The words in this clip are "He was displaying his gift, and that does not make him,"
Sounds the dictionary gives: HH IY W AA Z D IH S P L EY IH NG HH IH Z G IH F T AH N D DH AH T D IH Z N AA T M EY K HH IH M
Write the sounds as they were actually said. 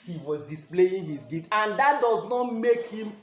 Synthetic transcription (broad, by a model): HH IY W AA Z D IH S P L EY IH NG HH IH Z G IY T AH N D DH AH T D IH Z N AA T M EY K HH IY M